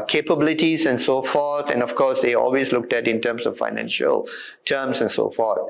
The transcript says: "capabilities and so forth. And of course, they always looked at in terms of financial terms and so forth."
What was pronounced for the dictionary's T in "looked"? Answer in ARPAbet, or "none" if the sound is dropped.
T